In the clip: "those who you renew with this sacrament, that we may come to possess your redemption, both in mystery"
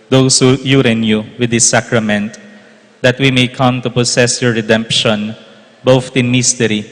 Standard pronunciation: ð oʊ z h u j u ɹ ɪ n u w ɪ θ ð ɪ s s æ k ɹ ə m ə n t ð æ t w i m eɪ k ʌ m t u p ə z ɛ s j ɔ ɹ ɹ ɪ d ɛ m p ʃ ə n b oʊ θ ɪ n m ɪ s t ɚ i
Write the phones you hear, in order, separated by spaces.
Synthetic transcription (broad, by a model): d oʊ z h u j u ɹ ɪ n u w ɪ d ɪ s s æ k ɹ ə m ə n t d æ t w i m eɪ k ʌ m t u p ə s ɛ s j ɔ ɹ ɹ ɪ d ɛ m p ʃ ə n b oʊ t ɪ n m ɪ s t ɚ i